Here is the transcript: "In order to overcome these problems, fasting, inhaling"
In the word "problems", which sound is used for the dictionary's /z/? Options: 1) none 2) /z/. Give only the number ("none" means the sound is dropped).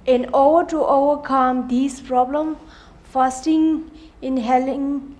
1